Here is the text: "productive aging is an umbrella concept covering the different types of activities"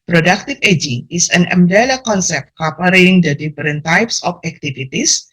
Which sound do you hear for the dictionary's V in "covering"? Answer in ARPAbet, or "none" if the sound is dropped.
P